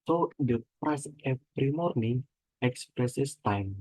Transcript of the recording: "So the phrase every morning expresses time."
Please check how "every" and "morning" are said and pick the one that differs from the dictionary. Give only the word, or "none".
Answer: every